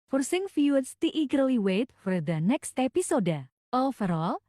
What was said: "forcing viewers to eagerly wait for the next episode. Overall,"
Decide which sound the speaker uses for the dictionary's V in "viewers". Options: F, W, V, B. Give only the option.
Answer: F